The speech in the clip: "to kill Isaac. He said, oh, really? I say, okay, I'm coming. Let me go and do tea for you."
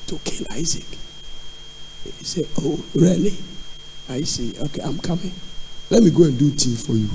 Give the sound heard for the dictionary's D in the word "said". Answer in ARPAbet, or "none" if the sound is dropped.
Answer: none